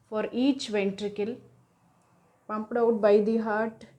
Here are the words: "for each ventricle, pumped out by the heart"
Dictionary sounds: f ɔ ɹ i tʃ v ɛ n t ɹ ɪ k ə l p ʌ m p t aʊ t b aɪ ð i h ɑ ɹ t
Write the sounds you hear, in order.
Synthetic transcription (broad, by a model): f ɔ ɹ i tʃ v ɛ n t ɹ ɪ k ə l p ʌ m p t aʊ t b aɪ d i h ɑ ɹ t